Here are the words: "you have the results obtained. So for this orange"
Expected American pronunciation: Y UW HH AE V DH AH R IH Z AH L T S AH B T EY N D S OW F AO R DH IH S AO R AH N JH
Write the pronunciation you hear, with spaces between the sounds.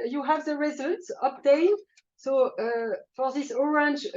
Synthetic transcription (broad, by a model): Y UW HH AE V DH AH R IH Z AH L T S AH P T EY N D S OW F AO R DH IH S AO R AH N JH